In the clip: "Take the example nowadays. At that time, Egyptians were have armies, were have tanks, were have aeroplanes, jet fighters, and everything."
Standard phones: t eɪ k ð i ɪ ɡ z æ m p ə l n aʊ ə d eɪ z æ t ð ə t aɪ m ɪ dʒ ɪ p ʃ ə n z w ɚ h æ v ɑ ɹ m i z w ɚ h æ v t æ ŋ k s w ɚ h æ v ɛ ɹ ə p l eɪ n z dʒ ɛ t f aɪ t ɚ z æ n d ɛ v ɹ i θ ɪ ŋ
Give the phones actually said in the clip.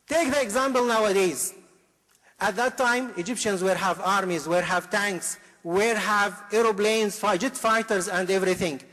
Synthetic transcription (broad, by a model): t eɪ k ð i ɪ ɡ z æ m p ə l n aʊ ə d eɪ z æ t ð ə t aɪ m ɪ dʒ ɪ p ʃ ə n z w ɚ h æ v ɑ ɹ m i z w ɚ h æ v t æ ŋ k s w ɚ h æ v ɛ ɹ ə b l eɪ n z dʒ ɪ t f aɪ t ɚ z æ n d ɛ v ɹ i θ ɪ ŋ